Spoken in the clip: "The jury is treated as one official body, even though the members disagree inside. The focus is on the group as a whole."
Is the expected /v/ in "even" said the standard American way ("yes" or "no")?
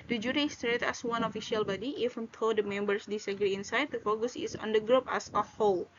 no